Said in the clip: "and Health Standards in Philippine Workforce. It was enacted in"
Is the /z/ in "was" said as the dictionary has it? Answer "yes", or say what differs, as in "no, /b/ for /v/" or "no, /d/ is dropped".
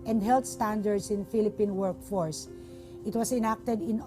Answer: no, /s/ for /z/